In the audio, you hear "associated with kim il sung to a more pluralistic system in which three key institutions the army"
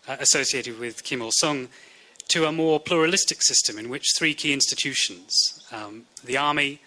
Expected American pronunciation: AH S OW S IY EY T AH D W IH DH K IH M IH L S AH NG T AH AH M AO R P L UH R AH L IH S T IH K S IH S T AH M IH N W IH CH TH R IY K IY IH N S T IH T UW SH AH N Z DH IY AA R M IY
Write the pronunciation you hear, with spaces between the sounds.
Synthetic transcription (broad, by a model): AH S OW S IY EY T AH D W IH DH K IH M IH L S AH NG T AH AH M AO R P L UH R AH L IH S T IH K S IH S T AH M IH N W IH CH TH R IY K IY IH N S T IH T UW SH AH N Z DH IY AA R M IY